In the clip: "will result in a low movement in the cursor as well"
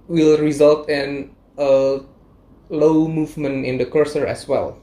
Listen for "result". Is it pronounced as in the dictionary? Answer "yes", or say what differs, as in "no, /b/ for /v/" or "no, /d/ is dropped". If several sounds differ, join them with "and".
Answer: yes